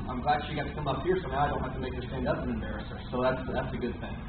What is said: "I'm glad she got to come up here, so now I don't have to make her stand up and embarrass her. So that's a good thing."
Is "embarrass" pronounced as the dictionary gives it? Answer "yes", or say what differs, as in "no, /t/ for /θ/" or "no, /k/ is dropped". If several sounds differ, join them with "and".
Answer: yes